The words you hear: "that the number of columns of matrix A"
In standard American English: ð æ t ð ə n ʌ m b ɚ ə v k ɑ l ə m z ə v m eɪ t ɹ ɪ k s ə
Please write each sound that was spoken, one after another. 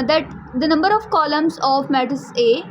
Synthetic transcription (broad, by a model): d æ t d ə n ʌ m b ɚ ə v k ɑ l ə m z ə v m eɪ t ɪ s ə